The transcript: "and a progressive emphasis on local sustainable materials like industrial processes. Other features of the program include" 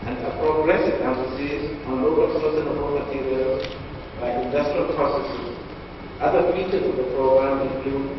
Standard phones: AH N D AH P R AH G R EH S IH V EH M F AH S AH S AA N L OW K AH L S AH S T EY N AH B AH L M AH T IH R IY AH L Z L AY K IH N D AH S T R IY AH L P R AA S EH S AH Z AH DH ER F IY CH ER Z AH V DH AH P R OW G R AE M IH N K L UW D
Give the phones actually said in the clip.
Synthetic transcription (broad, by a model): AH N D AH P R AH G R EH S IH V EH F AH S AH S AA N L OW K AH L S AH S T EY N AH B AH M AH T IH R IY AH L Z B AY IH N D AH S T R IY AH L P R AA S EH S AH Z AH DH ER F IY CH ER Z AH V DH AH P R OW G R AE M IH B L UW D